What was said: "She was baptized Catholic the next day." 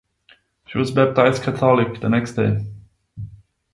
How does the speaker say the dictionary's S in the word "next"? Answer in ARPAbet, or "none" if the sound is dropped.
S